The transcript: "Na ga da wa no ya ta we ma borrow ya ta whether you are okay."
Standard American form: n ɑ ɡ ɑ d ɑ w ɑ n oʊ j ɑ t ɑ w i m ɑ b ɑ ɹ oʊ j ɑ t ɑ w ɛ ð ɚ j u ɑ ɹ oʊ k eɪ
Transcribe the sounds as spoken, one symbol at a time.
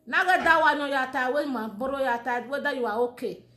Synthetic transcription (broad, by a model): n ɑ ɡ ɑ d ɑ w ɑ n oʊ j ɑ t ɑ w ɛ m ɑ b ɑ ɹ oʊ j ɑ t ɑ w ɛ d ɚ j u ɑ w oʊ k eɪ